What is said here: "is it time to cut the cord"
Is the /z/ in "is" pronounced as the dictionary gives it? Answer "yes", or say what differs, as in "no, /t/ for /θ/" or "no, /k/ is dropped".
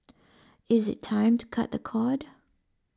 yes